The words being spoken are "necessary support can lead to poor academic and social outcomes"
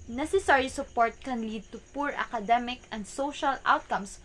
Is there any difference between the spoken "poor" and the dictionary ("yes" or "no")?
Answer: no